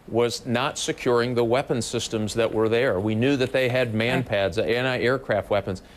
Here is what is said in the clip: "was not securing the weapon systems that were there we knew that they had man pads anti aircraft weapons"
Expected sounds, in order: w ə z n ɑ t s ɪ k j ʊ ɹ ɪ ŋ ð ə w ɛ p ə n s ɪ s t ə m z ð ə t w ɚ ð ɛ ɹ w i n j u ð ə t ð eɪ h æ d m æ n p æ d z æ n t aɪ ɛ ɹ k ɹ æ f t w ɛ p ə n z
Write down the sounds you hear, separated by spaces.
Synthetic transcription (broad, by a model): w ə z n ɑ t s ɪ k j ʊ ɹ ɪ ŋ ð ə w ɛ p ə n s ɪ s t ə m z ð ə t w ɚ ð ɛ ɹ w i n j u ð ə t ð eɪ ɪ d m æ n p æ d z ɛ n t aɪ ɛ ɹ k ɹ æ f t w ɛ p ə n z